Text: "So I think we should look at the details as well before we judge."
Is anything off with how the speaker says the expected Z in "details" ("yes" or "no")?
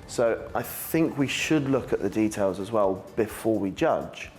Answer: no